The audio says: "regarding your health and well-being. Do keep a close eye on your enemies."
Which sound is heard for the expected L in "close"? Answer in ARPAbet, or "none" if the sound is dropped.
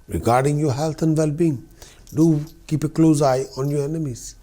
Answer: L